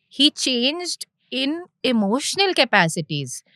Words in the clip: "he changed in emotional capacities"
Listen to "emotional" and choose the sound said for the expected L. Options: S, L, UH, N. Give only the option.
L